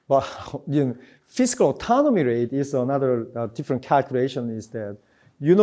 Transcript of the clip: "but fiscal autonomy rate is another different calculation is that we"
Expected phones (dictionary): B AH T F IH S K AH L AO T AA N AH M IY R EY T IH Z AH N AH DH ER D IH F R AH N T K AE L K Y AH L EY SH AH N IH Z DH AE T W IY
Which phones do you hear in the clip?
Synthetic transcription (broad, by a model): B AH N F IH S K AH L AO T AA N AH M IY R EY T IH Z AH N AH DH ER D IH F R AH N T K AE L K Y AH L EY SH AH N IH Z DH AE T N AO